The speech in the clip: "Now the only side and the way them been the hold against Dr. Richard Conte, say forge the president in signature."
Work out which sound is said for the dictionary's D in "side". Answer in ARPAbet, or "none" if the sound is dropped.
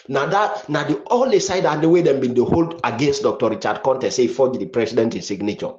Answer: D